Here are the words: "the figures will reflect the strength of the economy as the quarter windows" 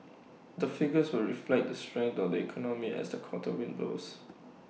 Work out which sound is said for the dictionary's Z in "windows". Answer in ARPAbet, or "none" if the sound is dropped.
S